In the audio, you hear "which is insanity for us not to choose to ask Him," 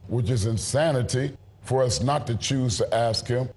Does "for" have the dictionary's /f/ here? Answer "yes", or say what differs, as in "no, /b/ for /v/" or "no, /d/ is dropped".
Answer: yes